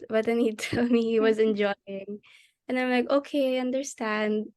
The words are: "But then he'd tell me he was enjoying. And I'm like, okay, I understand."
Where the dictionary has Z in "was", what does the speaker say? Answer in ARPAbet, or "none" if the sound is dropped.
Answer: Z